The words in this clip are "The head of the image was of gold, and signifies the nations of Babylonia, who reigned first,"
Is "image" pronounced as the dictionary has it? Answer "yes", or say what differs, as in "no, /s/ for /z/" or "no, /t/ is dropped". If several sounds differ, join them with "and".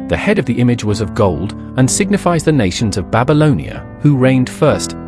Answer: yes